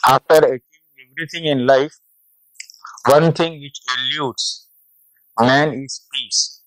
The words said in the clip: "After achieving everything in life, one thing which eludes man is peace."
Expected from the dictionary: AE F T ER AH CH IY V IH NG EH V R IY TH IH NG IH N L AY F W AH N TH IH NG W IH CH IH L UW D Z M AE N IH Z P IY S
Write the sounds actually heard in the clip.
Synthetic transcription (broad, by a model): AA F T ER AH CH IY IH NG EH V R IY T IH NG IH N L AY F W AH N T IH NG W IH CH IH L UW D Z M AE N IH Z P IY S